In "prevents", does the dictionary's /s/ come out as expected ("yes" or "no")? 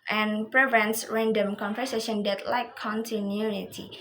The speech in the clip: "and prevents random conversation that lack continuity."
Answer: yes